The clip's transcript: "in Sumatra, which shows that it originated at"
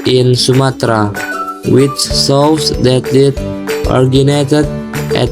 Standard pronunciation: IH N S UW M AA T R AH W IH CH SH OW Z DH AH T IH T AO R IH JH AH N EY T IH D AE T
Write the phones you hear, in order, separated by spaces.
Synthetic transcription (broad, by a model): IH N S UW M AA T R AH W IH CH S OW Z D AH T IH T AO R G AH N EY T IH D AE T